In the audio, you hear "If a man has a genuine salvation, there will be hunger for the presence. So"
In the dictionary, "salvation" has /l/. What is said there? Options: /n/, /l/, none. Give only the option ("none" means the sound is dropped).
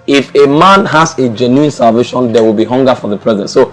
/l/